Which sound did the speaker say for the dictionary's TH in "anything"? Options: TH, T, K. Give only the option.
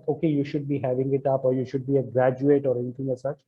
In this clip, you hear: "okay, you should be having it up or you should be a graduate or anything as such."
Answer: T